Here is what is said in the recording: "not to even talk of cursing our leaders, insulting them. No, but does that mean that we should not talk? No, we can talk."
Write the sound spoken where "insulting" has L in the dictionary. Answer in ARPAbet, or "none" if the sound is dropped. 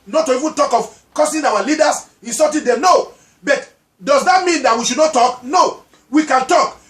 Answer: none